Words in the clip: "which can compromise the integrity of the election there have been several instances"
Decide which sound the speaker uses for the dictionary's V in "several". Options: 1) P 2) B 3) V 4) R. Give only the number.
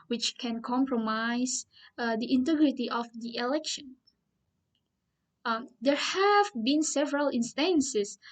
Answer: 3